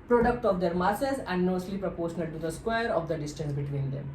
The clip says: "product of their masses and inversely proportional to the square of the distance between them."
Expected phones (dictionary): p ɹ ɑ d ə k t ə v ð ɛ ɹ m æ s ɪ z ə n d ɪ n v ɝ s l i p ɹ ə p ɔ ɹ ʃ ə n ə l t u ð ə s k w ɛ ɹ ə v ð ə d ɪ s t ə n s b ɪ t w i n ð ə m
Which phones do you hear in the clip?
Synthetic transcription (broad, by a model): p ɹ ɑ d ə k t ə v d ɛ ɹ m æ s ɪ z ə n d n ɔ s l i p ɹ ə p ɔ ɹ ʃ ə n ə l t u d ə s k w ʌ ɹ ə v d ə d ɪ s t ə n s b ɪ t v i n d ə m